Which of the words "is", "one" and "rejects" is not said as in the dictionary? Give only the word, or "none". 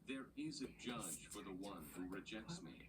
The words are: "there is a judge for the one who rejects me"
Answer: none